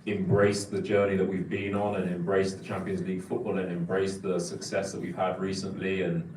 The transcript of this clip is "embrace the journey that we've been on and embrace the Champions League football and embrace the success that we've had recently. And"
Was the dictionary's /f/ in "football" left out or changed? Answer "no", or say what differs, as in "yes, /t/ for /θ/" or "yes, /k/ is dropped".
no